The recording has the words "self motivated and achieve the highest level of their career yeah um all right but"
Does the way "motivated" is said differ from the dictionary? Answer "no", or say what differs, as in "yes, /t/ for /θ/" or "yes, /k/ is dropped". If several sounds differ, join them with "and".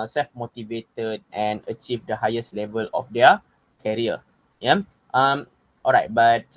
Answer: no